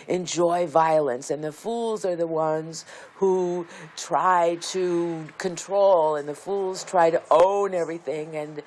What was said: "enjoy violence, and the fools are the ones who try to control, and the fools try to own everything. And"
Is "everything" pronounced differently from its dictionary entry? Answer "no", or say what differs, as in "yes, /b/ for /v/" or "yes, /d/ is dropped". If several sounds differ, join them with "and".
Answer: no